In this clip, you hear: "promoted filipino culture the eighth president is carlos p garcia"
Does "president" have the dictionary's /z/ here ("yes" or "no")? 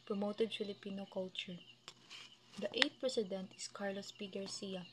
no